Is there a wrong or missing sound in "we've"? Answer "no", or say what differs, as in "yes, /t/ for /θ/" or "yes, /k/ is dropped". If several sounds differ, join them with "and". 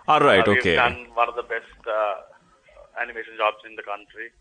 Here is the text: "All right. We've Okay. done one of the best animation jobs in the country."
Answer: yes, /v/ is dropped